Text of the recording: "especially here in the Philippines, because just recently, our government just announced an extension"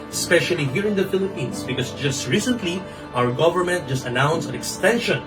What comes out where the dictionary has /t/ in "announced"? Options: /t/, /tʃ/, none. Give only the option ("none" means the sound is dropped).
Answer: none